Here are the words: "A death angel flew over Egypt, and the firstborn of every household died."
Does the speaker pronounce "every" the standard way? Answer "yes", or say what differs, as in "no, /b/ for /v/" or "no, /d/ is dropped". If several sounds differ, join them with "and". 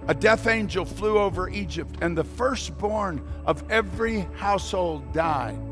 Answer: yes